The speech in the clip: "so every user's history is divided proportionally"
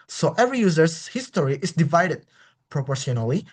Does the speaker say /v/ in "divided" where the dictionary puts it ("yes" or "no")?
yes